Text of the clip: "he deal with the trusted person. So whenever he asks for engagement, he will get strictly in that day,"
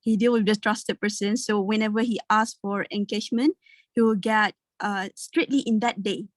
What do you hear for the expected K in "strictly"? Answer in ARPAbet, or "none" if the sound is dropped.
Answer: none